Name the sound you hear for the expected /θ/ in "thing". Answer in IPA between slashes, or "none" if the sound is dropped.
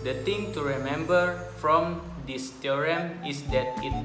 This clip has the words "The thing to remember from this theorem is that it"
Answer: /t/